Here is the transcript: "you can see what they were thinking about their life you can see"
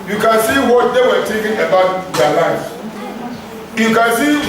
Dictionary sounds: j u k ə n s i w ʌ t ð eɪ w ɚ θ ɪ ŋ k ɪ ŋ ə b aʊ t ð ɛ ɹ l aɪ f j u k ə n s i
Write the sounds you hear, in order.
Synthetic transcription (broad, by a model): j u k ə n s i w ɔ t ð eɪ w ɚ t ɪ k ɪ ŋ ə b aʊ t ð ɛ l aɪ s j u k ə n s i